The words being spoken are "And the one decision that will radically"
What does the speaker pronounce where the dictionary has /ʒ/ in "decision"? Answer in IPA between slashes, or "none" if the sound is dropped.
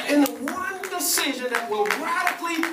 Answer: /ʒ/